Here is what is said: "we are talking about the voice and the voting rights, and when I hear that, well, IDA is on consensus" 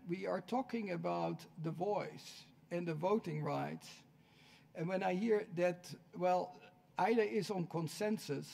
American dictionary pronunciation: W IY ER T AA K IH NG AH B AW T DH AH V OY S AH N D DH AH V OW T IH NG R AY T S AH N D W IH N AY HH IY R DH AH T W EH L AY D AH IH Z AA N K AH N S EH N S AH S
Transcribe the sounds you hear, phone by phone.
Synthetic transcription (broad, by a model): W IY ER T AA K IH NG AH B AW T DH AH V OY S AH N DH AH V OW T IH NG R AY T S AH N W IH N AY HH IY R DH AH T W EH L AY D AH IH Z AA N K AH N S EH N S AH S